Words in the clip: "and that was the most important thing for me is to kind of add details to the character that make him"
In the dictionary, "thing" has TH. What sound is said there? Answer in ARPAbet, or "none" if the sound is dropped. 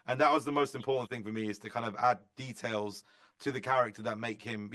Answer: TH